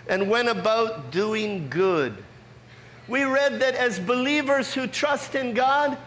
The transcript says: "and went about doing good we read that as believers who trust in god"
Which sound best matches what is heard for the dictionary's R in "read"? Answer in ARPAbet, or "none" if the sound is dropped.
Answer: R